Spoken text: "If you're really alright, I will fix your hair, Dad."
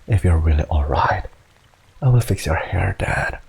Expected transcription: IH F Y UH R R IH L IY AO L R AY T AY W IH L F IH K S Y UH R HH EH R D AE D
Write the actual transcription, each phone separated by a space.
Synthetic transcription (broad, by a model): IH F Y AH R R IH L IY AO L R AY T AY W IH L F IH K S Y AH R HH EH R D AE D